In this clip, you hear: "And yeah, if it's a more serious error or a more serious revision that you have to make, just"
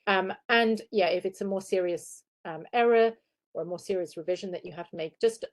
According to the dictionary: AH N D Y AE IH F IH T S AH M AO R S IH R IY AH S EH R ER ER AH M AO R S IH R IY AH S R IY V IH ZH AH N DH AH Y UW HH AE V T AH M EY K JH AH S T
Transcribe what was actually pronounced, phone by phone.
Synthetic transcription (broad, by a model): AH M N Y AE IH F IH T S AH M AO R S IH R IY AH S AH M ER ER AH M AO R S IH R IY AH S R IY V IH ZH AH N DH AH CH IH HH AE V T AH M EY K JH AH S T